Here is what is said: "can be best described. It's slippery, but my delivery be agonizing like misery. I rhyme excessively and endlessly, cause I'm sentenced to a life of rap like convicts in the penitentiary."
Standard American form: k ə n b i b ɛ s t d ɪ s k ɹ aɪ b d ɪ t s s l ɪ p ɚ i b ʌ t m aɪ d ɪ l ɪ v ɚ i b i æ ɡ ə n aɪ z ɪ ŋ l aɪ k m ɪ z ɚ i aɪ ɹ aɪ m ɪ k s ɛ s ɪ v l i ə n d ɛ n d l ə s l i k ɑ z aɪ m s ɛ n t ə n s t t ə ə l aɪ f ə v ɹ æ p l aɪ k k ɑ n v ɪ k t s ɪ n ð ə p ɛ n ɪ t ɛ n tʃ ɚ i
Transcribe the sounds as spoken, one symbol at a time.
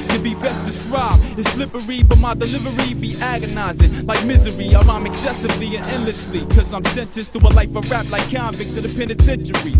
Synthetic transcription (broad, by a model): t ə b i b ɛ s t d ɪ s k ɹ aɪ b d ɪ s s l ɪ p ɚ i b ʌ t m aɪ d ɪ l ɪ v ɚ i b i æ ɡ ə n aɪ z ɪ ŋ l aɪ k m ɪ z ɚ i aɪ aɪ m ɪ k s ɛ s ɪ v l i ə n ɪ n l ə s l i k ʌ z aɪ m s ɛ n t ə s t t ə ə l aɪ f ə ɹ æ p l aɪ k k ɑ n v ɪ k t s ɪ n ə p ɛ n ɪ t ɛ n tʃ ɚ i